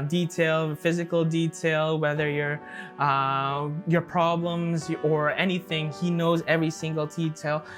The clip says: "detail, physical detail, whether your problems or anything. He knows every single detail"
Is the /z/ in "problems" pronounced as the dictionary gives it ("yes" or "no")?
yes